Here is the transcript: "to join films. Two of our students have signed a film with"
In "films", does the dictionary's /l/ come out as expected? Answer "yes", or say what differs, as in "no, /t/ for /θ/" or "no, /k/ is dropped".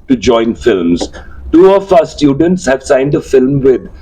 yes